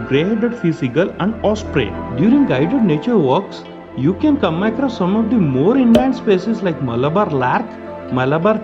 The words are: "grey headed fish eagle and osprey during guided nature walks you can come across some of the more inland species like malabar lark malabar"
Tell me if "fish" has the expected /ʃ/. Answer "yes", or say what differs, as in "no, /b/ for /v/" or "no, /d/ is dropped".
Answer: no, /s/ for /ʃ/